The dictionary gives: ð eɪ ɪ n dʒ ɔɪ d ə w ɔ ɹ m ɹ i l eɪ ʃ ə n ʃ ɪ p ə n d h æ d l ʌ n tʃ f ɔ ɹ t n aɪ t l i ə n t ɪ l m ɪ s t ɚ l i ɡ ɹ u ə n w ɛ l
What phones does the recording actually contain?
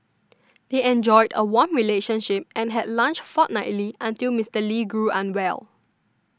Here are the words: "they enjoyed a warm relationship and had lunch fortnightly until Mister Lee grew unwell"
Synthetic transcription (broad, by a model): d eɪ ɪ n dʒ ɔɪ d ə w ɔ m ɹ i l eɪ ʃ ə n ʃ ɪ p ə n h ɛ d l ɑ n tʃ f ɔ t n aɪ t l i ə n t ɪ l m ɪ s t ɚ l i ɡ ɹ u ə n w ɛ l